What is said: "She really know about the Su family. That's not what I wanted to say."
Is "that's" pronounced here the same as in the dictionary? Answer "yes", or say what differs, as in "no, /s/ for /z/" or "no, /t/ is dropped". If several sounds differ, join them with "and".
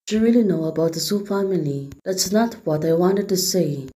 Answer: yes